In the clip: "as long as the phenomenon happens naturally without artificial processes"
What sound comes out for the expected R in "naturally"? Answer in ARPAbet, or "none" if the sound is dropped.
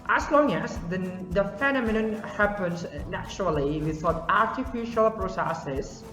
R